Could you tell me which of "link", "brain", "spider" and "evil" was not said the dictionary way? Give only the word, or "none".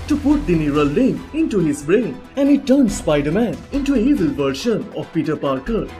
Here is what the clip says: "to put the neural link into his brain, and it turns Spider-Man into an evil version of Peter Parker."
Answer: link